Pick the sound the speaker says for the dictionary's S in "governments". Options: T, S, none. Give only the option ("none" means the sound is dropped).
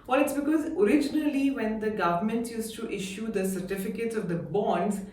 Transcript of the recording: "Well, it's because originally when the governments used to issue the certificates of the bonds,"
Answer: none